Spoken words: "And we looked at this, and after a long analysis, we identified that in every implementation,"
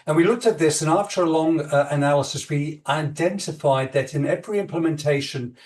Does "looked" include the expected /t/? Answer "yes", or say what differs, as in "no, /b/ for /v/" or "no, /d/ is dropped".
yes